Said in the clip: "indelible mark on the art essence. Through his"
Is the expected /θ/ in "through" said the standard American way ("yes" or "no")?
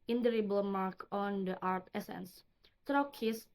no